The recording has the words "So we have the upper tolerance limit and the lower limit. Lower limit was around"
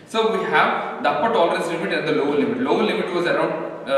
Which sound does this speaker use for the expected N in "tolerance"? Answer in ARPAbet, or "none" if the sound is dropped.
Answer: none